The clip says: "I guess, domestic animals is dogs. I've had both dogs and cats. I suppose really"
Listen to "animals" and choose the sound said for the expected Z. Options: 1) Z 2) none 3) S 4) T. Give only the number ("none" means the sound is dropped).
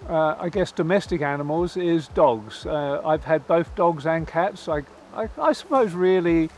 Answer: 1